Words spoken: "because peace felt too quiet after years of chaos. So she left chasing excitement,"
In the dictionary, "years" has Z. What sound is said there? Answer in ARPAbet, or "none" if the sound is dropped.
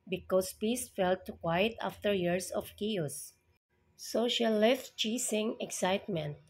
S